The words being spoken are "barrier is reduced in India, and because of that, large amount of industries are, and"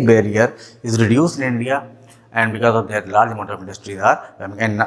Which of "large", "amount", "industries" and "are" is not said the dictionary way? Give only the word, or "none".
amount